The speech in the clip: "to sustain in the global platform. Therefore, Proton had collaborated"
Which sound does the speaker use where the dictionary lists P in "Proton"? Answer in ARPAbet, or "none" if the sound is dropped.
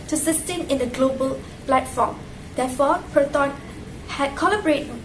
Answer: P